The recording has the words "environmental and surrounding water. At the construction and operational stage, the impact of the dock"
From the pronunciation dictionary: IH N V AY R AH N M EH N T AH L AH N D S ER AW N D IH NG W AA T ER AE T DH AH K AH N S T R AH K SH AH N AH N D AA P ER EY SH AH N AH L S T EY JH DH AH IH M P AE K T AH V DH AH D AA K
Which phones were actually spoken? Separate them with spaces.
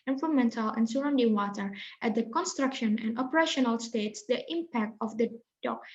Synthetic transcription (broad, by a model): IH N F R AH M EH N T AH L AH N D S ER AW N D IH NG W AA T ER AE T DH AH K AH N S T R AH K SH AH N AH N D AA P ER EY SH AH N AH L S T EY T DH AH IH M P AE K T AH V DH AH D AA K